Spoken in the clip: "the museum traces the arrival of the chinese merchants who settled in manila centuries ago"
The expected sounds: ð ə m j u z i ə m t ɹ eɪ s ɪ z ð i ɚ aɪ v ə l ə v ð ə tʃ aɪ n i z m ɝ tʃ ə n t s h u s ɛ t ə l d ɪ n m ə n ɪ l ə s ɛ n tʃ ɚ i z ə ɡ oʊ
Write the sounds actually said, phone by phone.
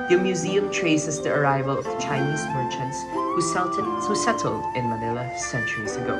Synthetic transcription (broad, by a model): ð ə m j u z i ə m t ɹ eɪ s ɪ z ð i ɚ aɪ v ə l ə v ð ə tʃ aɪ n i z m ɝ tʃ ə n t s h u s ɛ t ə l d ɪ n m ə n ɪ l ə s ɛ n tʃ ɚ i z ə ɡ oʊ